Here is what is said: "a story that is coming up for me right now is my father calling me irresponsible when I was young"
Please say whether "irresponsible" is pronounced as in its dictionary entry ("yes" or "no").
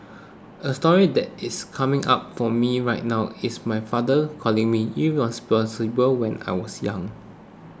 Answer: no